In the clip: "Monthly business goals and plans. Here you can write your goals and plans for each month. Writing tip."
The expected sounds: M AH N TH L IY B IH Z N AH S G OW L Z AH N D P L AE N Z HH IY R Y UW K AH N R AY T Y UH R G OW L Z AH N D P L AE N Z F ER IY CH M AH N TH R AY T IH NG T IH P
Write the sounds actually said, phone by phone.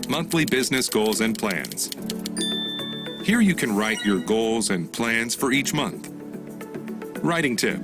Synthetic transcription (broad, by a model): M AH N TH L IY B IH Z N AH S G OW L Z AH N P L AE N Z HH IY R Y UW K AH N R AY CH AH R G OW L Z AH N P L AE N Z F ER IY CH M AH N TH R AY T IH NG T IH P